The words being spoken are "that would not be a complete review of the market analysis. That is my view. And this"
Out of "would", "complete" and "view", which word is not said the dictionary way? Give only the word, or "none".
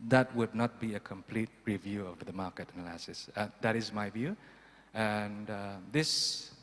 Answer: none